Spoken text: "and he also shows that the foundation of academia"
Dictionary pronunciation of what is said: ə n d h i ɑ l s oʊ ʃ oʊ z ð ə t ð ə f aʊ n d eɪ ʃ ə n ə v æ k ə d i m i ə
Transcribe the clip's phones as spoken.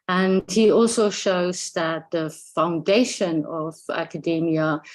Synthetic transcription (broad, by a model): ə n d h i ɑ l s oʊ ʃ oʊ z ð ə t ð ə f aʊ n d eɪ ʃ ə n ə v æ k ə d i m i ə